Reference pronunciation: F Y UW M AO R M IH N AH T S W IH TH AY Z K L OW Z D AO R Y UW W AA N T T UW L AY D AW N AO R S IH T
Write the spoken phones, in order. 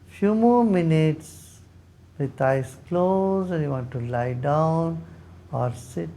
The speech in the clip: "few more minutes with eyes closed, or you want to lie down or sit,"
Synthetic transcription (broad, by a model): F Y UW M AO R M IH N AH T S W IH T AY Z K L OW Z EH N Y UW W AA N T T UW L AY D AW N AO R S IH T